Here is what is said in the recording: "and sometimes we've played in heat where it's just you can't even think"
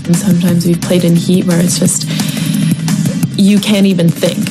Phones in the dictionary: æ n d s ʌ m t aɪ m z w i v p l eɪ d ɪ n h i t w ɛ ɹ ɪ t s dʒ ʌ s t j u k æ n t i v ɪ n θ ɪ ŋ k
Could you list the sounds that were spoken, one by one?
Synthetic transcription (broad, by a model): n s ʌ m t aɪ m z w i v p l eɪ d ɪ n h i t w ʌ ɹ ɪ t s dʒ ʌ s t j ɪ k æ n t i v ɪ n θ ɪ ŋ k